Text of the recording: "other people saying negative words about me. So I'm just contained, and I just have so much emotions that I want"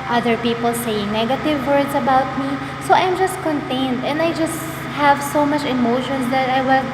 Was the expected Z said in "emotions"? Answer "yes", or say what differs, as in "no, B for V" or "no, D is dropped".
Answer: no, S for Z